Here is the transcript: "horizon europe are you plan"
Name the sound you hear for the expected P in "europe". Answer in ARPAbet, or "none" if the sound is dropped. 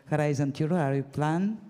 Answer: none